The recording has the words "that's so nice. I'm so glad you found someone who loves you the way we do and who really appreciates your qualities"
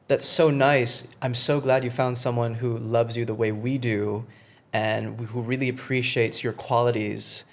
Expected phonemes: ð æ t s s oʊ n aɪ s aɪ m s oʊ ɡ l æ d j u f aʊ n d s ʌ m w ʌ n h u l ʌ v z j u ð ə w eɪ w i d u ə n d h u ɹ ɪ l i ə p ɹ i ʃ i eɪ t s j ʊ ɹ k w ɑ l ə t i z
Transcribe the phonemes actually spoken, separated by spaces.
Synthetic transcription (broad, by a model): ð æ t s s oʊ n aɪ s aɪ m s oʊ ɡ l æ d j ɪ f aʊ n d s ʌ m w ʌ n h u l ʌ v z j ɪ ð ə w eɪ w i d u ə n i h u ɹ ɪ l i ə p ɹ i ʃ i eɪ t s j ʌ ɹ k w ɑ l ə t i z